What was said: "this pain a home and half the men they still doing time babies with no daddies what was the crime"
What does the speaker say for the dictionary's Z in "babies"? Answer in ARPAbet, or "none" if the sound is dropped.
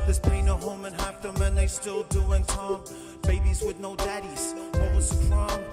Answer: Z